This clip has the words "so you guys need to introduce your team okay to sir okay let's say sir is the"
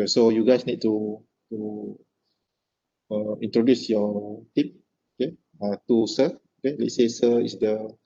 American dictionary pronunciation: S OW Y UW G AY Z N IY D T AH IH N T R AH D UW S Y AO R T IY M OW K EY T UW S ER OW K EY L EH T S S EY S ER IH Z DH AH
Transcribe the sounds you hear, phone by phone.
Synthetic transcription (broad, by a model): S OW Y UW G AY S N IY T T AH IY N T R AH D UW S Y AO T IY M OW K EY T UW S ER OW K EY L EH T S S EY S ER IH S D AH